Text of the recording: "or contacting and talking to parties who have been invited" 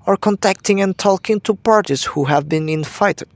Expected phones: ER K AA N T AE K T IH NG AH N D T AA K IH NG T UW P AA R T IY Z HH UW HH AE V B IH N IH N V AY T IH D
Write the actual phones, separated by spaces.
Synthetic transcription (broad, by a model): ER K AA N T AE K T IH NG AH N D T AA K IH NG T UW P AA R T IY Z HH UW HH AE V B IH N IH N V AY T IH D